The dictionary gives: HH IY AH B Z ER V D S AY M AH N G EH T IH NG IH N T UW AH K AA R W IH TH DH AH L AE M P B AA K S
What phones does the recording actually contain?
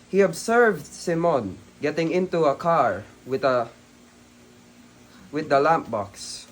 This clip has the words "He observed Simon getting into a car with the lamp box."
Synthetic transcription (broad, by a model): HH IY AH B S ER V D S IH M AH N G EH T IH NG IH N T UW AH K AA R W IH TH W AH L AE M P B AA K S